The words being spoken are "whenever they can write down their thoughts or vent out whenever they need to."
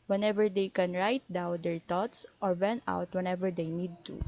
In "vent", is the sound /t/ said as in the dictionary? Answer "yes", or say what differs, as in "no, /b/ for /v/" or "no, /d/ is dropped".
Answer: no, /t/ is dropped